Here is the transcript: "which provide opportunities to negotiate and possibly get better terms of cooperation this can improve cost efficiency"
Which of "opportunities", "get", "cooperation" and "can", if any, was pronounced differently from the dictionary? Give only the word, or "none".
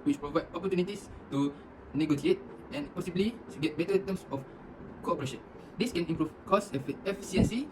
opportunities